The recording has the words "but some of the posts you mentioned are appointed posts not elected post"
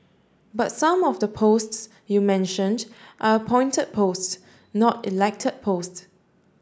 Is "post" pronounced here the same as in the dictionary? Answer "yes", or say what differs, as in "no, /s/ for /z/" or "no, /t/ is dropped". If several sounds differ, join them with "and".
yes